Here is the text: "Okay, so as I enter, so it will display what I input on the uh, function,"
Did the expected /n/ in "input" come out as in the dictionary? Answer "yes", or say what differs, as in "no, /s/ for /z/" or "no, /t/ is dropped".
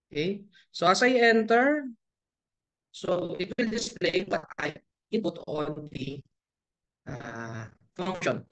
no, /n/ is dropped